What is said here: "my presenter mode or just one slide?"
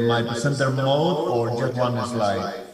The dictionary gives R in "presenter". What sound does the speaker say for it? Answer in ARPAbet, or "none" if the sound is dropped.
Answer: none